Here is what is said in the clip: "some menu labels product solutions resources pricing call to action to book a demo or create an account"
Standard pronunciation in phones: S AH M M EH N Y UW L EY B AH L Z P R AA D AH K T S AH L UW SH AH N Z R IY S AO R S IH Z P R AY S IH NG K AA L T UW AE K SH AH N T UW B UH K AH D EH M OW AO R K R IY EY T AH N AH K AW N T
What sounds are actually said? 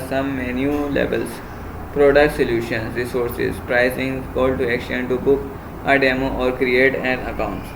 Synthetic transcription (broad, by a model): S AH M M EH N Y UW L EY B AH L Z P R AA D AH K T S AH L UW SH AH N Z R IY S AO R S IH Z P R AY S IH NG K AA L T UW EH K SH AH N T UW B UH K AH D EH M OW AO R K R IY EY T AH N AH K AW N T